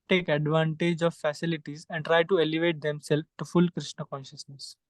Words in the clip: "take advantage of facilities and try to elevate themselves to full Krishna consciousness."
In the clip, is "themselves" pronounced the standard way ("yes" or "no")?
no